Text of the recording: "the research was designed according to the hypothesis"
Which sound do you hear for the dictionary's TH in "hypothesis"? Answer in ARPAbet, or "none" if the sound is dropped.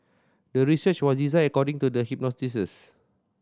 T